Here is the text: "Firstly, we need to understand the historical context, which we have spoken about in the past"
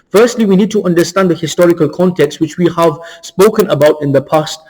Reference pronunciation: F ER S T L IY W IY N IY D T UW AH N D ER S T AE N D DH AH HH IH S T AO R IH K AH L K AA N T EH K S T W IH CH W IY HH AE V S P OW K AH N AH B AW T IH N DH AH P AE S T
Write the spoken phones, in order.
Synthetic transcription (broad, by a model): F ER S T L IY W IY N IY D T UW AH N D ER S T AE N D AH HH IH S T AO R IH K AH L K AA N T EH K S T W IH CH W IY HH AE V S P OW K AH N AH B AW T IH N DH AH P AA S T